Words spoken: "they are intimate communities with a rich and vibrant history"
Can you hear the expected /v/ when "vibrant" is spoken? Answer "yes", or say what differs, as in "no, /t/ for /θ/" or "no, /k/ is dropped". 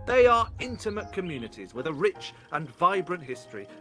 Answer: yes